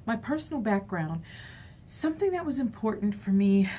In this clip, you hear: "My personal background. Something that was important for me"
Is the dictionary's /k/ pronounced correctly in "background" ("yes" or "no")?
yes